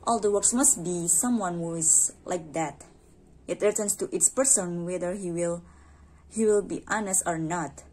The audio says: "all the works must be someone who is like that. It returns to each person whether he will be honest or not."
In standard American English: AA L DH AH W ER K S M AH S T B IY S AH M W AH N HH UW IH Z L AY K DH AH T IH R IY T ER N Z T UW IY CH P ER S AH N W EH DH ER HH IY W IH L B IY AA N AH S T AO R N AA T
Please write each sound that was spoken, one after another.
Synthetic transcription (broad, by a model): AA L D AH W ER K S M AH S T B IY S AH M W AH N HH UW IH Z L AY K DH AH T IH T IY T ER N S T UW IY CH P ER S AH N W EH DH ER HH IY W IH L B IY AA N AH S T AO R N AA T